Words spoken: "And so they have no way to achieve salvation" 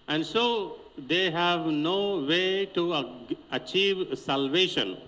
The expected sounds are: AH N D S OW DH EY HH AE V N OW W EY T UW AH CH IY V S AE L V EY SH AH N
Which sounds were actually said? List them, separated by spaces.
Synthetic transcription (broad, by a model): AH N D S OW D EY HH AE V N OW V EY T UW AH CH IY V S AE L V EY SH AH N